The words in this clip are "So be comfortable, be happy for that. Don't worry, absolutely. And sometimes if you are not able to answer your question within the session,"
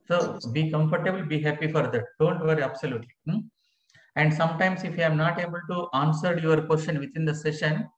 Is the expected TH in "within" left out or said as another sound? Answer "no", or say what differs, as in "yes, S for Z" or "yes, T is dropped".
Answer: yes, T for TH